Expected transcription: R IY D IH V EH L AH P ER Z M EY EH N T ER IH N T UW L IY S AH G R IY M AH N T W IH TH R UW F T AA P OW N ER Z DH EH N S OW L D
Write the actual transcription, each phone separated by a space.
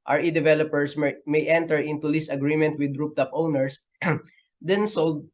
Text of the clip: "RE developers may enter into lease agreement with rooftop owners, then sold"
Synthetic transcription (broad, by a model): R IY D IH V EH L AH P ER S M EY EH N T ER IH N T UW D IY S AH G R IY M AH N T W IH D R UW P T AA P OW N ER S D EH N S OW L D